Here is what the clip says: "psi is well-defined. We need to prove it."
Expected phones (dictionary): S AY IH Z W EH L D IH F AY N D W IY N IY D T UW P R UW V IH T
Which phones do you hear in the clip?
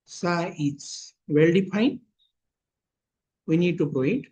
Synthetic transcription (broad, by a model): S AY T S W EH L D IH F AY N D W IY N IY D T UW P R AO IH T